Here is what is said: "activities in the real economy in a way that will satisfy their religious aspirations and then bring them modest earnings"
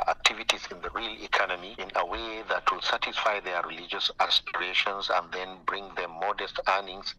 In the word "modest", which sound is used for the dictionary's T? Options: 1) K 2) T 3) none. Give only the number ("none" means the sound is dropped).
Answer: 2